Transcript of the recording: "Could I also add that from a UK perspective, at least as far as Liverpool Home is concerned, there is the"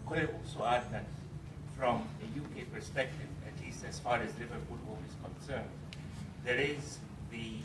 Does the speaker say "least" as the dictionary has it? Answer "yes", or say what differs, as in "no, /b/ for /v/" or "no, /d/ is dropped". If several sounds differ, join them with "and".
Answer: yes